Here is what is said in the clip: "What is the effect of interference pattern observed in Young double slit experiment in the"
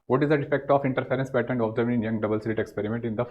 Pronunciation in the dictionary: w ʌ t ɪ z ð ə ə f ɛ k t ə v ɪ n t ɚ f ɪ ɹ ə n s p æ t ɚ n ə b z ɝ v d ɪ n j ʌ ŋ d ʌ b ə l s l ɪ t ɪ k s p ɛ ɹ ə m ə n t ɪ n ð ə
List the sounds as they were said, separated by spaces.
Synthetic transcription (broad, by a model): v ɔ t ɪ z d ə ə f ɛ k t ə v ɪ n t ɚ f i ɹ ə n s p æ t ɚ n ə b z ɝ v ɪ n j ʌ ŋ d ʌ b ə l s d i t ɪ k s p ɛ ɹ ə m ə n t ɪ n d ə